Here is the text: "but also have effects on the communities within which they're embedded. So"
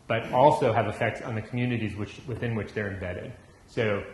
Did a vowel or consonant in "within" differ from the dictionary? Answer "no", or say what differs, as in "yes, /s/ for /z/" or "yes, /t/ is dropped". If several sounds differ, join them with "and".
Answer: no